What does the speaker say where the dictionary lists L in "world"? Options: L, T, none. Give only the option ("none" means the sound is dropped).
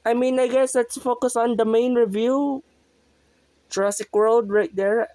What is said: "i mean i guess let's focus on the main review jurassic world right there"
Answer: L